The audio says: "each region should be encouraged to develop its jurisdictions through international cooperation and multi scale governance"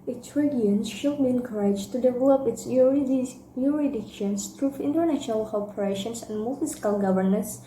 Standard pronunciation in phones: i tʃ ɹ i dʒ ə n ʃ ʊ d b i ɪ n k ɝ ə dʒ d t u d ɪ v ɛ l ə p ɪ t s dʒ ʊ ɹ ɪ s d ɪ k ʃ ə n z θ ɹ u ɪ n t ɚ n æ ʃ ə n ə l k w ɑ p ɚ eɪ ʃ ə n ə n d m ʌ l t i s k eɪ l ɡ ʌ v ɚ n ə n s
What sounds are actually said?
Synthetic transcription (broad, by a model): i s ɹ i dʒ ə n ʃ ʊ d b i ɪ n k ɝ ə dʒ t u d ɪ v ɛ l ə p ɪ t s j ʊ ɹ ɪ d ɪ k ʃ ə n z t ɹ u ɪ n t ɚ n æ ʃ ə n ə l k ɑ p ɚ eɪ ʃ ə n ə n d m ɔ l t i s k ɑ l ɡ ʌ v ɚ n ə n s